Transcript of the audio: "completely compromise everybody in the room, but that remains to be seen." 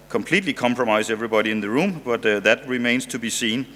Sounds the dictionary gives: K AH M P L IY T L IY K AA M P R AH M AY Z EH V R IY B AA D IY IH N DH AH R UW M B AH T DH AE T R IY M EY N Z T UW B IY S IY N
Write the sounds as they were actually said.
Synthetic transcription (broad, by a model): K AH M P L IY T L IY K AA M P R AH M AY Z EH V R IY B AA D IY IH N DH AH R UW M B AH T DH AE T R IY M EY N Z T UW B IY S IY N